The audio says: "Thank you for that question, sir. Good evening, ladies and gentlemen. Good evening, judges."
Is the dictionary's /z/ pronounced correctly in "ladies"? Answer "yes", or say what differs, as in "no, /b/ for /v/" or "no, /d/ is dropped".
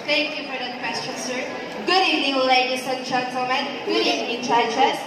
no, /s/ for /z/